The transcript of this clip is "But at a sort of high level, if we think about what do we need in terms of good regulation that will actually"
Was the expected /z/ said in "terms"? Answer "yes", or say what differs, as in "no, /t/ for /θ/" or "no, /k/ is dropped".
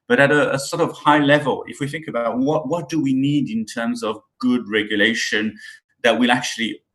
yes